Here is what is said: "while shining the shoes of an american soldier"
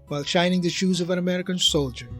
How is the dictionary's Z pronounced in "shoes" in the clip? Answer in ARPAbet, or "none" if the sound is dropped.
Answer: Z